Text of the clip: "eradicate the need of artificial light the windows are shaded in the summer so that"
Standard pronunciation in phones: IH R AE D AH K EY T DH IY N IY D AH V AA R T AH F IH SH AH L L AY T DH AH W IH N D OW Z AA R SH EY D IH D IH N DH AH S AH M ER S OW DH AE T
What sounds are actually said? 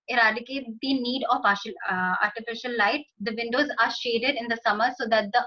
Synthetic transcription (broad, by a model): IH R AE D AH K EY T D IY N IY D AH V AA R T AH F IH SH AH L L AY T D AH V IH N D OW Z AA R SH EY D IH D IH N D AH S AH M ER S OW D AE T